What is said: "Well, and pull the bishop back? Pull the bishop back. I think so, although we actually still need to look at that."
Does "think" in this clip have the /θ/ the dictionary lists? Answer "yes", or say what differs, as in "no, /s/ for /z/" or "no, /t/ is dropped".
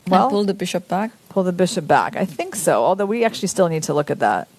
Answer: yes